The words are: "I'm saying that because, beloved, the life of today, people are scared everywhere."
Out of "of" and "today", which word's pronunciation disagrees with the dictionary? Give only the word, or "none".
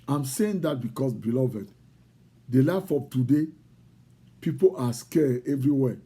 of